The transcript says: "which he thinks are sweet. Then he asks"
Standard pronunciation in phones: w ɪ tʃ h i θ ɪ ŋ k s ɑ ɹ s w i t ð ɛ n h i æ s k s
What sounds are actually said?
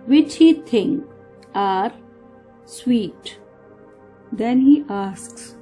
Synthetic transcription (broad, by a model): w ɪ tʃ h i t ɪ ŋ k ɑ ɹ s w i t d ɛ n h i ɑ s k s